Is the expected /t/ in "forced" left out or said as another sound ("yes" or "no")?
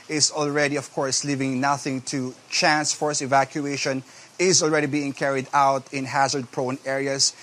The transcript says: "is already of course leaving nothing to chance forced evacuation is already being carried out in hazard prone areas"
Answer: yes